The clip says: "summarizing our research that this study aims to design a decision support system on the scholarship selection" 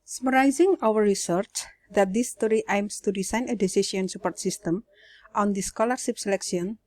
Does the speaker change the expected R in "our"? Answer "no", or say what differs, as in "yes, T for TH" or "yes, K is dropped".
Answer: yes, W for R